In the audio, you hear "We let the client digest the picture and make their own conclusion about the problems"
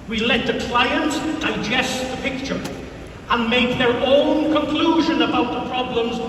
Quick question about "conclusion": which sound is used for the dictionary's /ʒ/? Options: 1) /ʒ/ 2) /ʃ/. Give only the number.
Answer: 1